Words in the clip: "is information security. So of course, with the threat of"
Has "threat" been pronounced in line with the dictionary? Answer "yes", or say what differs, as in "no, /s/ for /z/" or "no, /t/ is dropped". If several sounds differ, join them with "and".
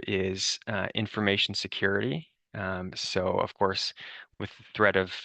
yes